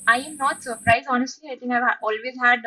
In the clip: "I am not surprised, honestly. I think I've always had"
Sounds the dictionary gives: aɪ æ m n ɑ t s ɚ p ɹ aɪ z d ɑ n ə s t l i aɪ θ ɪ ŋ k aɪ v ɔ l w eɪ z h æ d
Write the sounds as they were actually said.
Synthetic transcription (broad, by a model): aɪ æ m n ɑ t s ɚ p ɹ aɪ z ɑ n ə s t l i aɪ t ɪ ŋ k aɪ v ɔ l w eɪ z h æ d